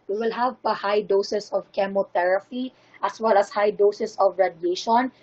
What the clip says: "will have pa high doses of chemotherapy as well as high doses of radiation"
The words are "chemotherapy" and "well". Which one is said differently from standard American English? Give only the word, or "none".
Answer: chemotherapy